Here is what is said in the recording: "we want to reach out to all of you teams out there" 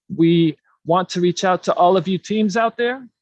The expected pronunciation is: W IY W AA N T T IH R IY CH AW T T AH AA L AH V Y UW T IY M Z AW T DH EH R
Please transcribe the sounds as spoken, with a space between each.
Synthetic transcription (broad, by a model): W IY W AA N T T IH R IY CH AW T T AA L AH V Y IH T IY M Z AW T DH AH R